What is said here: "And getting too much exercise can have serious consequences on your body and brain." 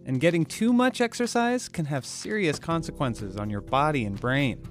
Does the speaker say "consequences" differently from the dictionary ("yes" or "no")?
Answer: no